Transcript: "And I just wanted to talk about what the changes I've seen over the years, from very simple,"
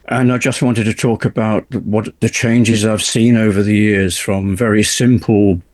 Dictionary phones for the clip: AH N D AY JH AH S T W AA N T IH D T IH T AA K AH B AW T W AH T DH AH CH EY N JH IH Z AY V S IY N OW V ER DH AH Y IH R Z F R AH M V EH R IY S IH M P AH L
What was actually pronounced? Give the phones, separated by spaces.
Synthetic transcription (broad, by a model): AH N AY JH AH S T W AA N T IH D T IH T AA K AH B AW T W AH T DH AH CH EY N JH IH Z AY V S IY N OW V ER DH AH Y IH R Z F R AH M V EH R IY S IH M P L